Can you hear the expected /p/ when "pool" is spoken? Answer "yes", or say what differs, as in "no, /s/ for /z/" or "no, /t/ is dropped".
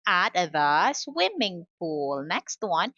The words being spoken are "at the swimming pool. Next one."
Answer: no, /f/ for /p/